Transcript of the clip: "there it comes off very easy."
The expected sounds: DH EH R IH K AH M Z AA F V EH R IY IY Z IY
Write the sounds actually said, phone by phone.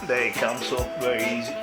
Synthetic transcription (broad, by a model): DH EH IH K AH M S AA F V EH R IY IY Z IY